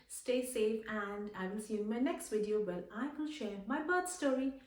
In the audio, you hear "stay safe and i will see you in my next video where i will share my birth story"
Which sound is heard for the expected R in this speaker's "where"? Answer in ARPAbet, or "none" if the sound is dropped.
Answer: L